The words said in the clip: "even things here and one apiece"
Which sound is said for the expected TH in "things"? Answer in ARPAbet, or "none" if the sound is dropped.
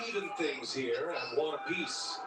TH